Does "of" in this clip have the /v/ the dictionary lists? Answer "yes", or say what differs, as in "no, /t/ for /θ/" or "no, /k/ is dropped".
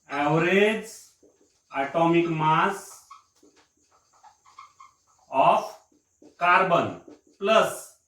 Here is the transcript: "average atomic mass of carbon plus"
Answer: no, /p/ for /v/